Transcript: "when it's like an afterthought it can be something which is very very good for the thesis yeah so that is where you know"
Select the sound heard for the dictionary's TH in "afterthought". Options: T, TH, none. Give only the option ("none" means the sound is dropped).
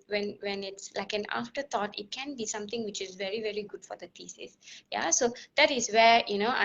T